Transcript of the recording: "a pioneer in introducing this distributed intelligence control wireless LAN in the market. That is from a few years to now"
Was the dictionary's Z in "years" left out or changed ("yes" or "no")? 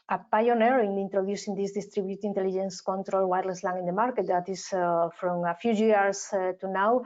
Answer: yes